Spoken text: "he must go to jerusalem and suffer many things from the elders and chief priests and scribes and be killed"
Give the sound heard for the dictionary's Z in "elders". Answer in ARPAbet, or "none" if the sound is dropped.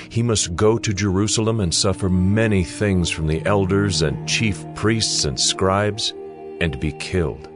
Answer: Z